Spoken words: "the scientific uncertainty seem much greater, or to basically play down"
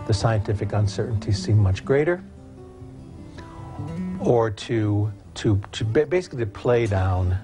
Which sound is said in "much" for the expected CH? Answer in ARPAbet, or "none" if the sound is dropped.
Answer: CH